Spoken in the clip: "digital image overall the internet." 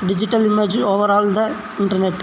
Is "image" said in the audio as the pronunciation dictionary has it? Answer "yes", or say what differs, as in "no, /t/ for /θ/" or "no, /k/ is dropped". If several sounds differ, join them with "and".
yes